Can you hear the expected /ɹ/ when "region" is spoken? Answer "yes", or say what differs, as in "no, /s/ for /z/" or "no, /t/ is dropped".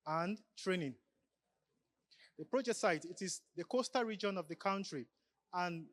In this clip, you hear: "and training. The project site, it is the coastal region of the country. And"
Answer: yes